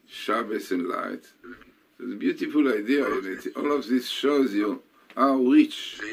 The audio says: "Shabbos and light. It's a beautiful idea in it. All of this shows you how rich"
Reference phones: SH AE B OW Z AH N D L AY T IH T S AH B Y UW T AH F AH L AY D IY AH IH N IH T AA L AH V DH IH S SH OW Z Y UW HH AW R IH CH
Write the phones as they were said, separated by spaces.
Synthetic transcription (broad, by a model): SH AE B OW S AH N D L AY T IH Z AH B Y UW T AH F AH L AY D IY AH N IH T AA L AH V DH IH S SH OW Z Y UW HH AW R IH CH